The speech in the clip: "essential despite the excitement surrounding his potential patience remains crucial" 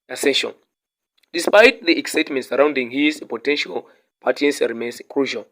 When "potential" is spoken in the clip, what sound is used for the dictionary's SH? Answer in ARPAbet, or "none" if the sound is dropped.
SH